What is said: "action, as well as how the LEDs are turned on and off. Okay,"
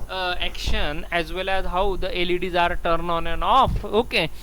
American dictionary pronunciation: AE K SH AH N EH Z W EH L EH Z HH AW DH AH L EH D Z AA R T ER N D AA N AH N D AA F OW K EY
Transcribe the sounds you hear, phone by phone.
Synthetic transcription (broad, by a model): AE K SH AH N EH Z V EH L EH Z HH AW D AH L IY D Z AA R T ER N AA N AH N AA F OW K EY